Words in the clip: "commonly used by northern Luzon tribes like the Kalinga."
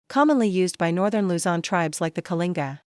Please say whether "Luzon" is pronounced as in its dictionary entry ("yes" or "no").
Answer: yes